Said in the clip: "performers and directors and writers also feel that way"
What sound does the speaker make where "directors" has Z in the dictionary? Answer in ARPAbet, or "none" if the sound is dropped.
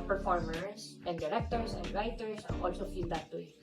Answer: S